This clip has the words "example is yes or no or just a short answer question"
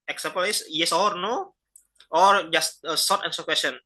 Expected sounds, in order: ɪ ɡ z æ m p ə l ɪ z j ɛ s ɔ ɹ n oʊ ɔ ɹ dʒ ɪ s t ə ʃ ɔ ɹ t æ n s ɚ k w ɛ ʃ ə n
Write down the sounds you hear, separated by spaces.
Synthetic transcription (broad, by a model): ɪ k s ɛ m p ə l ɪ s j ɛ s ɔ ɹ n oʊ ɔ ɹ dʒ ɪ s t ə s ɔ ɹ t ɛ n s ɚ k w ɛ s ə n